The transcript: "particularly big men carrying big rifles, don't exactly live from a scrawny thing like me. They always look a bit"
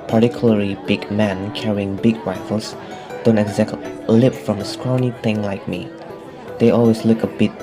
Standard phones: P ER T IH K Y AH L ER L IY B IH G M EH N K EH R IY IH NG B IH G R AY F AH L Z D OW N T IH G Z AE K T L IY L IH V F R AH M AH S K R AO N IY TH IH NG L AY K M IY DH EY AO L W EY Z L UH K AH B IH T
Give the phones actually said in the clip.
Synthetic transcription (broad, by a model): P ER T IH K Y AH L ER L IY B IH G M EH N K EH R IY IH NG B IH G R AY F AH L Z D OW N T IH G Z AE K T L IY L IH P F R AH M AH S K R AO N IY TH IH NG L AY K M IY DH EY AO L W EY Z L UH K AH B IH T